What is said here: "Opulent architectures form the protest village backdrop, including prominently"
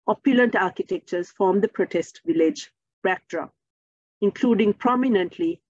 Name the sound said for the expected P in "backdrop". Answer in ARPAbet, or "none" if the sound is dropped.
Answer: none